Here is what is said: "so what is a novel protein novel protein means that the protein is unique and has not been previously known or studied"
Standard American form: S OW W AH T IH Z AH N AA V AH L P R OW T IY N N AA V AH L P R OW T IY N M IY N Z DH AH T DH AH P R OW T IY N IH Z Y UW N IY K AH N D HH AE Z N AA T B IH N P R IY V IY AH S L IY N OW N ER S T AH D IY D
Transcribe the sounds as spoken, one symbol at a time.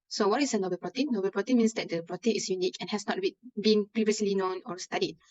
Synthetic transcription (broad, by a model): S OW W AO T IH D AH N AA B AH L P R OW T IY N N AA B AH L P R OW T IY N M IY N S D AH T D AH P R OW T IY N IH S Y UW N IY K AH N HH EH S N AA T B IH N P R IY V IY AH S L IY N OW N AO S T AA D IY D